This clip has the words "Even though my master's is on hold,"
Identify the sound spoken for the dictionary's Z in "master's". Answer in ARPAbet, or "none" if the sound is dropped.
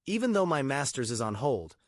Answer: Z